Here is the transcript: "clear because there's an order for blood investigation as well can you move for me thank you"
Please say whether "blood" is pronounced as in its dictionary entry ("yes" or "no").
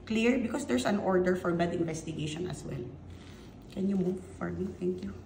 no